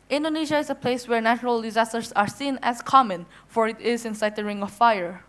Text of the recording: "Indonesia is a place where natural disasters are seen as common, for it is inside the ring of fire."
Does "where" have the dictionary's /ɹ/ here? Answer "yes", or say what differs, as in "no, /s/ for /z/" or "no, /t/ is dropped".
yes